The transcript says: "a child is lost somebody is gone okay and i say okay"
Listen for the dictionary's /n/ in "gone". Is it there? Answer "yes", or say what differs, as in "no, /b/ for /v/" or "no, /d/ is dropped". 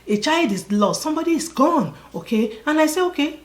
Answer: yes